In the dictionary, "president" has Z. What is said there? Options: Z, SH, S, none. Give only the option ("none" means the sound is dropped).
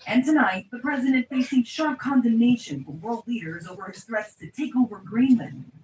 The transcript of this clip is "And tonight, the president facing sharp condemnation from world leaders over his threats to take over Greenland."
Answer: Z